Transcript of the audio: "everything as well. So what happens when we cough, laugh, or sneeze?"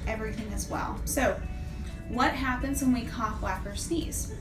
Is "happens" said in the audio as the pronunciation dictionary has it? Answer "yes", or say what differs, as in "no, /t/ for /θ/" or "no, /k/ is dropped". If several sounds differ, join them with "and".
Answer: yes